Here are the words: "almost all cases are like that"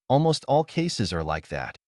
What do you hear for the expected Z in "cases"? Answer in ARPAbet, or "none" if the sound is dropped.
Z